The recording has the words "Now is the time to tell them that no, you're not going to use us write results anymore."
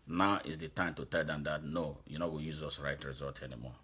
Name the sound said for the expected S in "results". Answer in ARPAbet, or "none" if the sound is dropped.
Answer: none